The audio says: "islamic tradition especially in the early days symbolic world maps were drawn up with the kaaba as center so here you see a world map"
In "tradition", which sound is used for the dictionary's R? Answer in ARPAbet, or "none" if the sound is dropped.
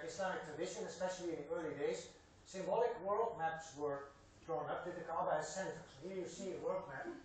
none